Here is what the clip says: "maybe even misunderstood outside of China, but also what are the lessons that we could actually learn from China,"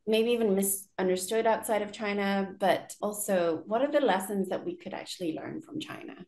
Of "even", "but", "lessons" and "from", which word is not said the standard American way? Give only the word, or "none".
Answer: none